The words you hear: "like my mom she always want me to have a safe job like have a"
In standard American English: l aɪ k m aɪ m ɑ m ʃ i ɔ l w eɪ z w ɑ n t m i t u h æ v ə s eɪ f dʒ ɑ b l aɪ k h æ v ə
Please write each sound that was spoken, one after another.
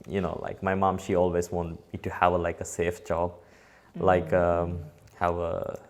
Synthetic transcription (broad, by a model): l aɪ k m aɪ m ɑ m ʃ i ɔ l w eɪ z w ɑ n t m i t u h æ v ə s eɪ f dʒ ɑ b l aɪ k h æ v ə